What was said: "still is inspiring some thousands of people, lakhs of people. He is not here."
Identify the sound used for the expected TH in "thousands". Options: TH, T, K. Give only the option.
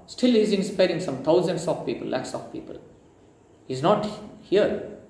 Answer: T